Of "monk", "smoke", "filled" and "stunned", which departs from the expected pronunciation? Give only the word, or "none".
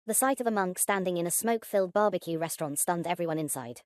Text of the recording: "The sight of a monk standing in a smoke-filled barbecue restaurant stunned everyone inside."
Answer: none